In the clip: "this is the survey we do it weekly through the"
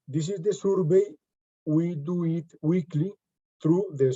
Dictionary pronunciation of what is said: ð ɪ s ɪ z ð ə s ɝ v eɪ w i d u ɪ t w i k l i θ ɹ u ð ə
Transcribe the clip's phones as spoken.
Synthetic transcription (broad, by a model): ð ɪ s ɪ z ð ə s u b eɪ w i d u ɪ t w i k l i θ ɹ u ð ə